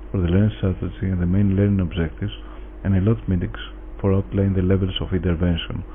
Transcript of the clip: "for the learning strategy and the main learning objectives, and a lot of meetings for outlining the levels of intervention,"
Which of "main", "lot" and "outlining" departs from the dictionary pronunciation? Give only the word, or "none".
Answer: outlining